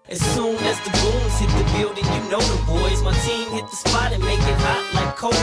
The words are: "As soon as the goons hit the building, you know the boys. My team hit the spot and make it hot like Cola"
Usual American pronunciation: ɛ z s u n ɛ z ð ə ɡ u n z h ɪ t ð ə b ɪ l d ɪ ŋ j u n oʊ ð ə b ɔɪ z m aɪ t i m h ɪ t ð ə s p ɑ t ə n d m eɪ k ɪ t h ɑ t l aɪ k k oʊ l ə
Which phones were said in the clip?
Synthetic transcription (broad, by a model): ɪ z s u n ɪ z ð ə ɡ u z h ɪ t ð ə b ɪ l d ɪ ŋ j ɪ n oʊ ð ə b ɔɪ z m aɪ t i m h ɪ t ð ə s p ɑ t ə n m eɪ k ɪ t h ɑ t l aɪ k k oʊ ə